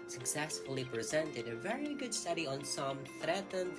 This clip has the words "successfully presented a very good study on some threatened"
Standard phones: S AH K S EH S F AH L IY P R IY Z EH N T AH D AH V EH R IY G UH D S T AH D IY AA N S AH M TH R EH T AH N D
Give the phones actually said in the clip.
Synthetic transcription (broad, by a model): S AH K S EH S F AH L IY P R IY Z EH N T AH D AH V EH R IY G UH D S T AH D IY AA N S AH M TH R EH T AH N